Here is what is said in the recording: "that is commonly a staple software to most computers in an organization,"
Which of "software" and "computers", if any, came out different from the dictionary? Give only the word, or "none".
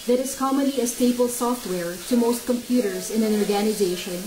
none